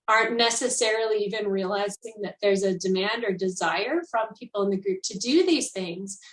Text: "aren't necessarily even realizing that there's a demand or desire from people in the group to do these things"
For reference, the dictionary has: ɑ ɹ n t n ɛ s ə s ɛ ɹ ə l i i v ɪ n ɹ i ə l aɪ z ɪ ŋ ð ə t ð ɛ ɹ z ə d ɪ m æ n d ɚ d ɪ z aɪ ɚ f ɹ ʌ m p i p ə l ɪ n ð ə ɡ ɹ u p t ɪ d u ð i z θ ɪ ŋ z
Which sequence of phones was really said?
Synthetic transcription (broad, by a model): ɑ ɹ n n ɛ s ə s ɛ ɹ l i i v ɪ n ɹ i ə l aɪ z ɪ ŋ ð ə t ð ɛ ɹ z ə d ɪ m æ n d ɚ d ɪ z aɪ ɚ f ɹ ʌ m p i p l ɪ n ð ə ɡ ɹ u p t ɪ d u ð i z θ ɪ ŋ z